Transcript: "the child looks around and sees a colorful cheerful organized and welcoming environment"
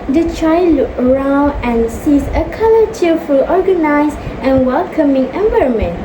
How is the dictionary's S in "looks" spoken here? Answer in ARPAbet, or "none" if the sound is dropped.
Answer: none